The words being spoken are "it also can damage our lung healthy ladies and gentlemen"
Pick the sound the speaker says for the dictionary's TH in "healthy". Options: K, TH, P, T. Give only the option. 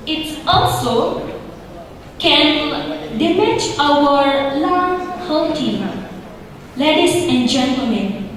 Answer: T